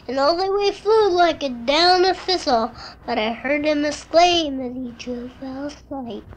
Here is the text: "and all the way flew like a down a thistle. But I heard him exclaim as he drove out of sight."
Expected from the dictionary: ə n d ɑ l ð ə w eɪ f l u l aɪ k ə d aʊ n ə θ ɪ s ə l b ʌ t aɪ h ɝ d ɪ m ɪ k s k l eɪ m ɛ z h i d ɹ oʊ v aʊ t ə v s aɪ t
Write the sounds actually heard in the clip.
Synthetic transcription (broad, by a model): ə n ɑ l ð ə w eɪ f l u l aɪ k ə d aʊ n ə f ɪ s l b ʌ t aɪ h ɝ d ɪ m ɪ s k l eɪ m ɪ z i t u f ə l s aɪ t